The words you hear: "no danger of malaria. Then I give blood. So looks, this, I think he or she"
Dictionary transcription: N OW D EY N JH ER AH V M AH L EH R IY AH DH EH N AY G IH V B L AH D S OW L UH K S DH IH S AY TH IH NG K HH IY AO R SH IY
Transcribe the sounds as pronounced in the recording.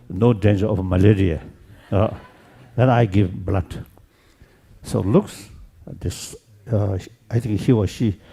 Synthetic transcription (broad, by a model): N OW D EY N JH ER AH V M AH L EH R IY AH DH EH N AY G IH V B L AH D S OW L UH K S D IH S AY T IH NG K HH IY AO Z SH IY